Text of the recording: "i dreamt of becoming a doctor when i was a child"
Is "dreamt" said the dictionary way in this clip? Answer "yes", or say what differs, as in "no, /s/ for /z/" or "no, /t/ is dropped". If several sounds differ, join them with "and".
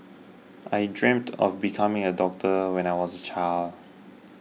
yes